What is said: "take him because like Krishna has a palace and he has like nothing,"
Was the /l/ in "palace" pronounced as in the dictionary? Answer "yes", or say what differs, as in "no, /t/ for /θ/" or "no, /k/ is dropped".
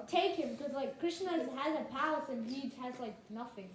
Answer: no, /l/ is dropped